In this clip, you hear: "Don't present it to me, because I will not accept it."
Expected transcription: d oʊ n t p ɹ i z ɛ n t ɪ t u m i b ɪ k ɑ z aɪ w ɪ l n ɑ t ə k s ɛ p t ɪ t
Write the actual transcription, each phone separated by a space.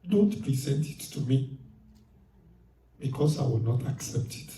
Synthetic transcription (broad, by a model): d oʊ n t p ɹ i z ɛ n t ɪ t u m i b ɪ k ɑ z aɪ w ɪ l n ɑ t ə k s ɛ p t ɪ t